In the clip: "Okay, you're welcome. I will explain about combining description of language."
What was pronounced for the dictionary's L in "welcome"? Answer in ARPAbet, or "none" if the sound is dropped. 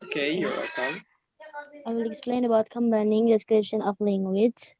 none